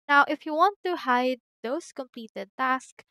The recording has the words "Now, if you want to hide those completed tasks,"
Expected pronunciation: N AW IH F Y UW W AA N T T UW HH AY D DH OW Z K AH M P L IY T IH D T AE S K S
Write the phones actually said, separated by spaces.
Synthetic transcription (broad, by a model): N AW IH F Y UW W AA N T T UW HH AY D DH OW S K AH M P L IY T IH D T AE S K